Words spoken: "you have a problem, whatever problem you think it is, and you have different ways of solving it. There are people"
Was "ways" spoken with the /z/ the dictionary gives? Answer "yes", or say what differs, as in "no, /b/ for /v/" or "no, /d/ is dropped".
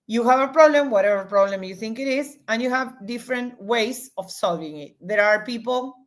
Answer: no, /s/ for /z/